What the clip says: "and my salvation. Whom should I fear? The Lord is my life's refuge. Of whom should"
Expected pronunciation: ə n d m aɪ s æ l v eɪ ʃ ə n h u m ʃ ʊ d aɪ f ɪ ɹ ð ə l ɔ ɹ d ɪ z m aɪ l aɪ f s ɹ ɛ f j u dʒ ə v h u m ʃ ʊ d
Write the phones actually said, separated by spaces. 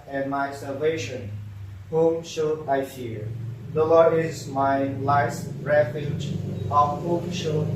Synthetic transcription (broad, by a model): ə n m aɪ s æ l v eɪ ʃ ə n h u m ʃ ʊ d aɪ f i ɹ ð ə l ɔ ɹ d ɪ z m aɪ l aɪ s ɹ ɛ f j u dʒ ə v h u m ʃ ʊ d